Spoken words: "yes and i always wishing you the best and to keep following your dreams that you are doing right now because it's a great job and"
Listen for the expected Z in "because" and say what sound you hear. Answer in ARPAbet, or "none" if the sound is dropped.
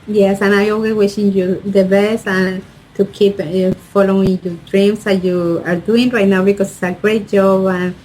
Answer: S